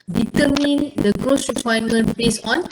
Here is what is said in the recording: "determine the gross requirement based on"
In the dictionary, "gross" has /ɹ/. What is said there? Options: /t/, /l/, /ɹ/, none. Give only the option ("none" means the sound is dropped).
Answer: /ɹ/